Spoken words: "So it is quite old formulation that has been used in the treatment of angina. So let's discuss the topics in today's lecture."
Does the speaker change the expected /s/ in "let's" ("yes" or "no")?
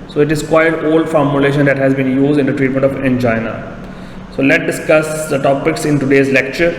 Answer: yes